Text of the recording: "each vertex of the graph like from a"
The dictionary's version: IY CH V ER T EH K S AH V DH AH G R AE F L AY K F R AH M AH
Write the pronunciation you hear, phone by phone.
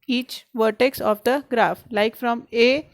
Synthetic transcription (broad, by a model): IY CH V ER T EH K S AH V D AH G R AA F L AY K F R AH M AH